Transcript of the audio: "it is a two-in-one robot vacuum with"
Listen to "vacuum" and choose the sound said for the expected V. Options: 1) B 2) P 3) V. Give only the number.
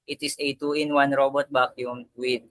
1